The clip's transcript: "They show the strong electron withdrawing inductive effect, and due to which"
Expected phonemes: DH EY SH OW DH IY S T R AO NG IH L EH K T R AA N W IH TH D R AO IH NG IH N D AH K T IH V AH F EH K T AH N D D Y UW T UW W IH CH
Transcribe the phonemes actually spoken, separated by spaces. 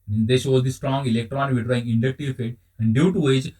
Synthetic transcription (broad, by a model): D EY SH OW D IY S T R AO NG IH L EH K T R AA N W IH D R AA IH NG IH N D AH K T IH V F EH T AH N D D Y UW T UW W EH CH